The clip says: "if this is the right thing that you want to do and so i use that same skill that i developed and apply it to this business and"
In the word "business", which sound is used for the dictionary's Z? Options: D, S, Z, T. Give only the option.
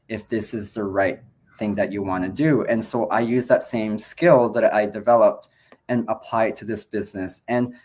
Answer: Z